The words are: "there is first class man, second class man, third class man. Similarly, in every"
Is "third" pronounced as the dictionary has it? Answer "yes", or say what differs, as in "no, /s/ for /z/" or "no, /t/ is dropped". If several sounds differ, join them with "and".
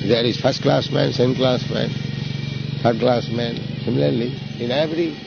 no, /t/ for /θ/